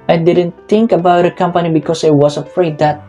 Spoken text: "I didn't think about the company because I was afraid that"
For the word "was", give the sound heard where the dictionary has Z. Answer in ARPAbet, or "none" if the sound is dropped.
S